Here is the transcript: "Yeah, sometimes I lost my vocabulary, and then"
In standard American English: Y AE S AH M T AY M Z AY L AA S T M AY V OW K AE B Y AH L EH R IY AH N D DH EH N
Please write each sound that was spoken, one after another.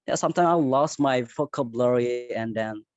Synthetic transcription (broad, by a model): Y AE S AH M T AY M AY L AA S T M AY F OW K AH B L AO R IY AH N D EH N